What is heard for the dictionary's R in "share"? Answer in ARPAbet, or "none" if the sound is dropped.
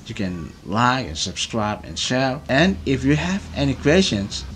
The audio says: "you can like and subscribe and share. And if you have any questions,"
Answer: L